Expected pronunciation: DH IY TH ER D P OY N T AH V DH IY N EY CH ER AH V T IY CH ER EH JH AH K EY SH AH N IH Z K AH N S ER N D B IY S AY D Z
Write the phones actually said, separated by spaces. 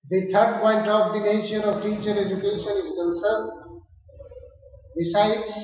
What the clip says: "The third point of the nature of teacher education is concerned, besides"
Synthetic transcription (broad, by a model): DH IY T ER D P OY N T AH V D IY N EY SH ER AH V T IY CH ER EH JH AH K EY SH AH N IH Z K AH N S ER N D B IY S AY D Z